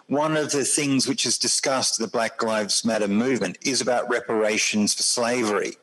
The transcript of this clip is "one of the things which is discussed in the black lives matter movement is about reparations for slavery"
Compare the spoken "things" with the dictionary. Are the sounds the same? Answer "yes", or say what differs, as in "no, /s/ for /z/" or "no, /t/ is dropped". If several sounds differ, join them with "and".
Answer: yes